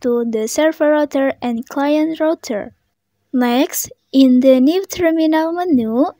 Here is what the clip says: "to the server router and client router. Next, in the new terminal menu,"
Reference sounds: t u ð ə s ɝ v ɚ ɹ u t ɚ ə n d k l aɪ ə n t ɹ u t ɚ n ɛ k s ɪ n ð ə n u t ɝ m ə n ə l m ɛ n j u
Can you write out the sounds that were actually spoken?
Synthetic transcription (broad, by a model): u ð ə s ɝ f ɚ ɹ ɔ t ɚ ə n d k l aɪ ə n t ɹ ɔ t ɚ l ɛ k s ɪ n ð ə n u t ɝ m ə n ə l m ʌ n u